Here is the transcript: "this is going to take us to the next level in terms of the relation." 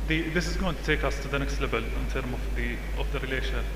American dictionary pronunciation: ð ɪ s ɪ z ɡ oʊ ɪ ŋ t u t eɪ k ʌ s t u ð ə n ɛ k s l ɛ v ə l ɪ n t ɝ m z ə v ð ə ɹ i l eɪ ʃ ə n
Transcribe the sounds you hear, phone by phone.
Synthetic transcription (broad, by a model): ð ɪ s ɪ z ɡ oʊ ɪ ŋ t u t eɪ k ʌ s t u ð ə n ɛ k s l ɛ b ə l ɪ n t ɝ m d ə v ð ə ɹ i l eɪ ʃ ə n